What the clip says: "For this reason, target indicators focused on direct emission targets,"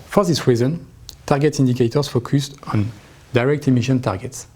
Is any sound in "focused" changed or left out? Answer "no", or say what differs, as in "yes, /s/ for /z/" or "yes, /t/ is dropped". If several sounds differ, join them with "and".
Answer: no